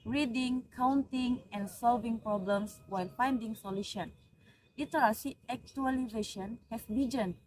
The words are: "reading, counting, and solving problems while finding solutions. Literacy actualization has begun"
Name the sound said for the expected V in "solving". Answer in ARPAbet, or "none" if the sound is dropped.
V